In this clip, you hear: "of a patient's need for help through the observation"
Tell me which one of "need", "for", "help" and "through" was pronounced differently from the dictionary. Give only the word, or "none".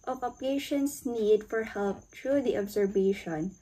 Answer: through